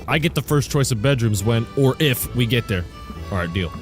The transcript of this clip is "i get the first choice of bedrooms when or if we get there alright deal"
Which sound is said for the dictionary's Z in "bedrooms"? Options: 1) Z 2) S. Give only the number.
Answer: 1